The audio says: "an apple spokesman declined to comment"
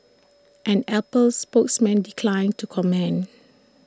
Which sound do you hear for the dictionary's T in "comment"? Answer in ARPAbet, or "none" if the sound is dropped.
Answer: none